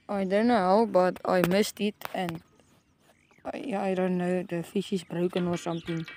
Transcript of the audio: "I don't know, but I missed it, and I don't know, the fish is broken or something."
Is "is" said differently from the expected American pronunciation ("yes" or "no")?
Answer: yes